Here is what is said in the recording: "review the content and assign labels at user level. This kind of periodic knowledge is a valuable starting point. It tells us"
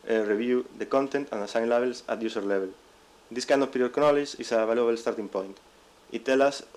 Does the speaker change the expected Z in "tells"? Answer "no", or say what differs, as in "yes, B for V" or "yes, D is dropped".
yes, Z is dropped